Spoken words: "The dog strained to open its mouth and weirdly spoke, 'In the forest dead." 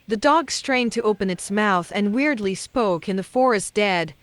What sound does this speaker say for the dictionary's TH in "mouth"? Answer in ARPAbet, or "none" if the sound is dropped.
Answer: TH